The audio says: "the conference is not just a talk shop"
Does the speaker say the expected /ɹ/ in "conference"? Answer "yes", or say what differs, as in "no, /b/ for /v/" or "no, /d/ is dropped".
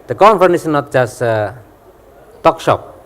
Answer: no, /ɹ/ is dropped